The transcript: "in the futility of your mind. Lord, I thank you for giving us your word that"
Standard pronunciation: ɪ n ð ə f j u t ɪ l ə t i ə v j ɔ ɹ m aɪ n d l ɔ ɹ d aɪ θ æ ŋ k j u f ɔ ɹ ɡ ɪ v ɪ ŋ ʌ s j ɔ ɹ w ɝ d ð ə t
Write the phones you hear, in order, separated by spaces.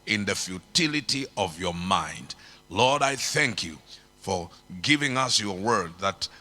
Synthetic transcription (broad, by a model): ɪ n ð ə f j u t ɪ l ə t i ə v j ɔ ɹ m aɪ n d l ɔ ɹ d aɪ θ æ ŋ k j u f ɔ ɹ ɡ ɪ v ɪ ŋ ʌ s j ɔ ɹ w ɝ d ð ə t